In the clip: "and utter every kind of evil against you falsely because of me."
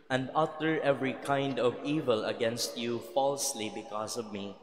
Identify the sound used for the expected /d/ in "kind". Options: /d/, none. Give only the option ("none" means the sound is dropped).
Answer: /d/